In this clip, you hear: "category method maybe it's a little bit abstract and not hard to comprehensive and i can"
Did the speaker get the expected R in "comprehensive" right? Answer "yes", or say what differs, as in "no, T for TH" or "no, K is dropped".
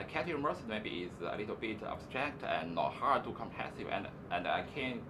no, R is dropped